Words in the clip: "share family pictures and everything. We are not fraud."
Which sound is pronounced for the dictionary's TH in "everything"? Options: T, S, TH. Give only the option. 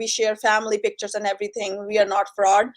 T